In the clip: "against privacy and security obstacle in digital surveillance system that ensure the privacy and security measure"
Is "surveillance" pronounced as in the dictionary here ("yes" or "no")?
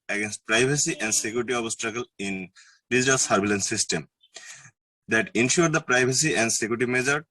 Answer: no